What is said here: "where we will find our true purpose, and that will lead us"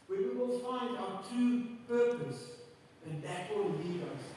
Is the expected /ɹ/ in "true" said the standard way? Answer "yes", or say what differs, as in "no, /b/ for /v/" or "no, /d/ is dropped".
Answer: no, /ɹ/ is dropped